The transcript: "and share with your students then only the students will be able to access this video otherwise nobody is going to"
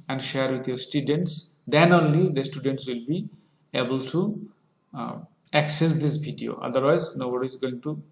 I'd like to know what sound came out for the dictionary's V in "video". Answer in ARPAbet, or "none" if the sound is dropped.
B